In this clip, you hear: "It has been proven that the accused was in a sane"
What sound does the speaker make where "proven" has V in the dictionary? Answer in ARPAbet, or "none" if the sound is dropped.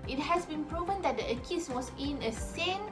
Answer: V